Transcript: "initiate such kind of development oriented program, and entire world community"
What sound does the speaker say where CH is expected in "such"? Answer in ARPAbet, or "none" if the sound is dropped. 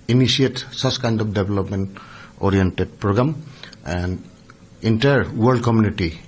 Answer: S